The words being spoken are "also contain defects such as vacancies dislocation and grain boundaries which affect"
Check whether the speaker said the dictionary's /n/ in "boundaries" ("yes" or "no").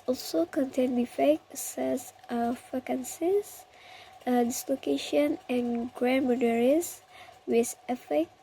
no